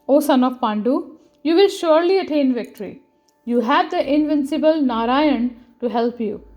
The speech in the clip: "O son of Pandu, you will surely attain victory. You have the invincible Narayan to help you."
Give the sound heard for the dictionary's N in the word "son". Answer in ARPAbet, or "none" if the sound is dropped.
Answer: N